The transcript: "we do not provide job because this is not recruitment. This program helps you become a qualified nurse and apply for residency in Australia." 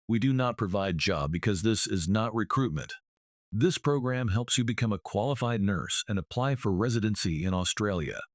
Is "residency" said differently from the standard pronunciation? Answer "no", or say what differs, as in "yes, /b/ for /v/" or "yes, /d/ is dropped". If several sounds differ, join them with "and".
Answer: no